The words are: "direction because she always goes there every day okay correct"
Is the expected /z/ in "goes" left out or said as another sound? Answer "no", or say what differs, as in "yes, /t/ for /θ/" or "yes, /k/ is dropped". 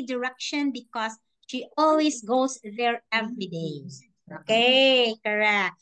yes, /s/ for /z/